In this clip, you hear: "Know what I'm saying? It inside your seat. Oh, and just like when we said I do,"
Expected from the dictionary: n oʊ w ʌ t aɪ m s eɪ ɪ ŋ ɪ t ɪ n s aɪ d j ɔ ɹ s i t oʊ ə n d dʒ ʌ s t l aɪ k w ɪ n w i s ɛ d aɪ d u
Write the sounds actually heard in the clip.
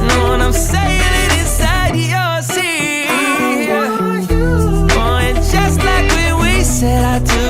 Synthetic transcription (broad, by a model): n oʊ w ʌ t aɪ m s eɪ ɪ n ɪ t ɪ n s aɪ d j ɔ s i oʊ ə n dʒ ʌ s t l aɪ k w ɪ n w i s ɛ d aɪ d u